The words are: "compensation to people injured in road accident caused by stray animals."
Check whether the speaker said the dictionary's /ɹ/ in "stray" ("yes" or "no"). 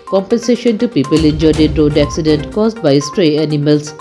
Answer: yes